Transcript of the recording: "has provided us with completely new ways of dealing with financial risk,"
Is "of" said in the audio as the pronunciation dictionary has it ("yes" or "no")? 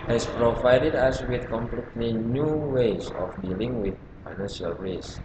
no